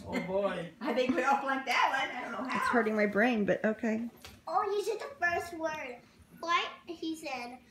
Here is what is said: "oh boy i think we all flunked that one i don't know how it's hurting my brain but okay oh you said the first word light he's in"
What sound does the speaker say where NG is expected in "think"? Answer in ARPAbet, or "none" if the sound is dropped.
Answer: none